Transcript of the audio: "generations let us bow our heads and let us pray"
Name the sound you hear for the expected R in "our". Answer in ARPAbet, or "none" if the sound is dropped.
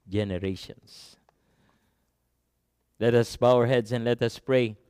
R